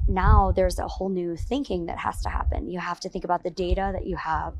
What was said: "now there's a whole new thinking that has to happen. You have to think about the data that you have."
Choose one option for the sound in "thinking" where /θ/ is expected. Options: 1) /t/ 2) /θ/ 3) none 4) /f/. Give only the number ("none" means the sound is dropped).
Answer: 2